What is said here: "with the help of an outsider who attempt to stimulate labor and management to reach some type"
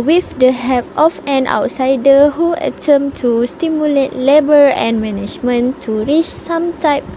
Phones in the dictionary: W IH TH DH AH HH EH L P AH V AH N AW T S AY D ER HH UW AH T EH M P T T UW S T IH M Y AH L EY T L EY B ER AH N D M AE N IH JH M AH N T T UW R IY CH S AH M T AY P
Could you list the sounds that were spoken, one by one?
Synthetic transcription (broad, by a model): W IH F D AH HH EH P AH F AH N AW T S AY D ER HH UW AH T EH M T T UW S T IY M Y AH L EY T L EY B ER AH N M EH N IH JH M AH N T T UW R IY CH S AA M T AY P